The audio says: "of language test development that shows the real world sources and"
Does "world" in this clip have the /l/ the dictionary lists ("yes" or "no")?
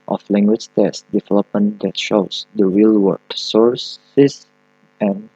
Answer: no